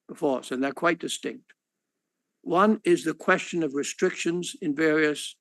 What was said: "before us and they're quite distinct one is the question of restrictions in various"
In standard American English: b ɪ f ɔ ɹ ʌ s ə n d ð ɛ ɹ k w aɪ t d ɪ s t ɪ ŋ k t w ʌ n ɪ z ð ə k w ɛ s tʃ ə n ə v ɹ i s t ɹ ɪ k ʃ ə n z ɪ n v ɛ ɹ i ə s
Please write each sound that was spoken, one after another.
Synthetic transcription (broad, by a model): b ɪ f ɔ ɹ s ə n ð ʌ ɹ k w aɪ t d ɪ s t ɪ ŋ k t w ʌ n ɪ z ð ə k w ɛ s tʃ ə n ə v ɹ i s t ɹ ɪ k ʃ ə n z ɪ n v ɛ ɹ i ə s